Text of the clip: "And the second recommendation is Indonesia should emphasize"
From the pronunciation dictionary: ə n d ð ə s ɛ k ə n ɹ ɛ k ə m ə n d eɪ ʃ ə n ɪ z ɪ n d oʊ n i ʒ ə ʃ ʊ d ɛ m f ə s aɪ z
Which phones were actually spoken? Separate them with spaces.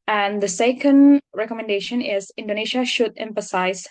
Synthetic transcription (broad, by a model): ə n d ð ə s ɛ k ə n ɹ ɛ k ə m ə n d eɪ ʃ ə n ɪ z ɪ n d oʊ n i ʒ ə ʃ ʊ d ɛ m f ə s aɪ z